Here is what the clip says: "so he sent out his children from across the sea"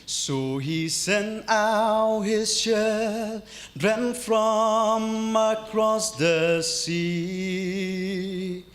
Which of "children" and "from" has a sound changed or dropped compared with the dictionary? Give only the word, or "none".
children